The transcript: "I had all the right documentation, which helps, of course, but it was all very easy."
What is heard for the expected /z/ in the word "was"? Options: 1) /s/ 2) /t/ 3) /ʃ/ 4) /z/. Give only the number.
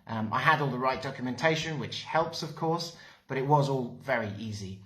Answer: 4